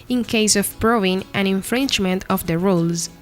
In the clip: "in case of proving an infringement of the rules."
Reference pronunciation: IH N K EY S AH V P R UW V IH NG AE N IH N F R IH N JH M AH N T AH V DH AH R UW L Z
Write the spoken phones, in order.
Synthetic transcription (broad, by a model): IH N K EY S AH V B R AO IH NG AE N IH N F R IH N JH M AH N T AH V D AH R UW L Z